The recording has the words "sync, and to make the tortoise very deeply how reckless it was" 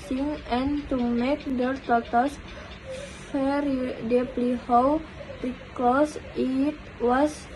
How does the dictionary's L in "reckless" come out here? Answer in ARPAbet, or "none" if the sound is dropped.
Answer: none